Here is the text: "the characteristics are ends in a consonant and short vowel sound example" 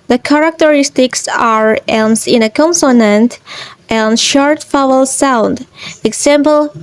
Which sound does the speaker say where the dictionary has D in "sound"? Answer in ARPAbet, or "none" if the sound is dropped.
D